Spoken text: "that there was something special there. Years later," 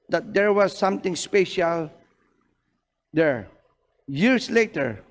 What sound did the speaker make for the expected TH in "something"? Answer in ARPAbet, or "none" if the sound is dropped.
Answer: T